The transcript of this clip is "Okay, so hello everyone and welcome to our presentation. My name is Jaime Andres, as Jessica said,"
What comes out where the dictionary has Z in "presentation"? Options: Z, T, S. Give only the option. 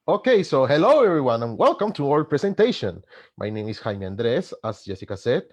S